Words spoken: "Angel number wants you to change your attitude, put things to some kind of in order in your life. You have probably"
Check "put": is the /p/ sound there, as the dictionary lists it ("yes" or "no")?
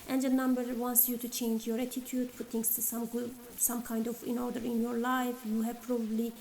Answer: no